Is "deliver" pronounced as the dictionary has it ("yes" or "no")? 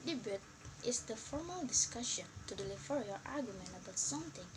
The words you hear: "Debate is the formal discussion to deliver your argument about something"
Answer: no